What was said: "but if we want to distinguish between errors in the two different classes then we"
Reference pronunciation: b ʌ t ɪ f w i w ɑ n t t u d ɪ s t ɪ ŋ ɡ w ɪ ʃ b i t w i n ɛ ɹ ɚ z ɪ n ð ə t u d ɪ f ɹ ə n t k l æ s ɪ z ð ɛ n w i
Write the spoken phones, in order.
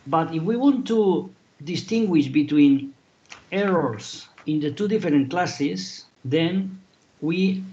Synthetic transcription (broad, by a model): b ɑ t ɪ f w i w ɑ n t t u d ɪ s t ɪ ŋ ɡ w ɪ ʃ b i t w i n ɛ ɹ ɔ s ɪ n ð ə t u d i f ɹ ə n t k l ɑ s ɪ s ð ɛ n w i